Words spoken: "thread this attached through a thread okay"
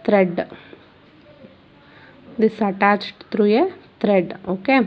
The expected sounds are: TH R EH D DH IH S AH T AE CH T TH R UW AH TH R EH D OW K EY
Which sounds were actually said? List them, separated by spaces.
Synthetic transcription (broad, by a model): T R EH D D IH S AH T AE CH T T R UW AH T R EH D OW K EY